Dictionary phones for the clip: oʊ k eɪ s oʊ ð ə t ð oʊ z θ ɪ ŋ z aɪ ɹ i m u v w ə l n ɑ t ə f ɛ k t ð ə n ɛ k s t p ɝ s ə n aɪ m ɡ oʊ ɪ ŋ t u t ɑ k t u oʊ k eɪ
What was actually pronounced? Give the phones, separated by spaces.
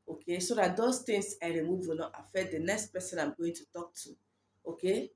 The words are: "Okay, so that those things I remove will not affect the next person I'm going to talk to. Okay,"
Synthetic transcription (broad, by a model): oʊ k eɪ s oʊ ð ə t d oʊ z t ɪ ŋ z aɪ ɹ i m u v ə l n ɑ t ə f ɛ t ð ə n ɛ k s t p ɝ s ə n aɪ m ɡ oʊ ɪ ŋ t u t ɑ k t u oʊ k eɪ